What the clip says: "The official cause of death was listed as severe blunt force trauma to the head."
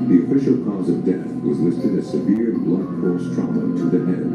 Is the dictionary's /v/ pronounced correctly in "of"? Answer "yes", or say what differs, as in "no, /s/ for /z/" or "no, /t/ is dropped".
yes